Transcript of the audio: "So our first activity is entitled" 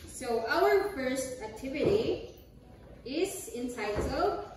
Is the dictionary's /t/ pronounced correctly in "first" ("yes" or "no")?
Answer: yes